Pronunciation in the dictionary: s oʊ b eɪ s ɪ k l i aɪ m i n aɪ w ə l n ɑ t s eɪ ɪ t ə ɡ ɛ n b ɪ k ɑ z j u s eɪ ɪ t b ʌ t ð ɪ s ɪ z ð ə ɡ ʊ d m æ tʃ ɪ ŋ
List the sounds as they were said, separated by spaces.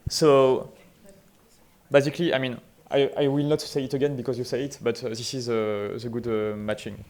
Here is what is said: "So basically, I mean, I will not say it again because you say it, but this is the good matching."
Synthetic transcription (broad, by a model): s oʊ b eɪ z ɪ k l i aɪ m i n aɪ w ə l n ɑ t s eɪ ɪ t ə ɡ ɛ n b ɪ k ɑ z j u s eɪ ɪ t b ʌ t ð ɪ s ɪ z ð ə ɡ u d m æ tʃ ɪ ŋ